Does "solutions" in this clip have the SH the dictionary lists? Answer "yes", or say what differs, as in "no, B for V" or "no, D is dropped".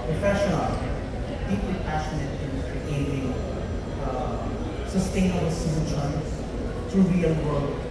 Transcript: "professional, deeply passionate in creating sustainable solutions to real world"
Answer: no, SH is dropped